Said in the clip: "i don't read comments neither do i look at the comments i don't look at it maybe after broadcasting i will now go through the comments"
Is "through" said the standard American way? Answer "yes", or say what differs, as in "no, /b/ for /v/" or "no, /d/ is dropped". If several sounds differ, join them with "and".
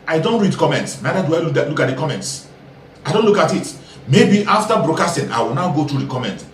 no, /t/ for /θ/